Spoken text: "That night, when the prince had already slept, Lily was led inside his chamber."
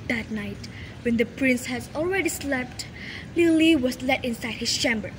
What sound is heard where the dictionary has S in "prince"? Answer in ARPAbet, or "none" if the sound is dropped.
S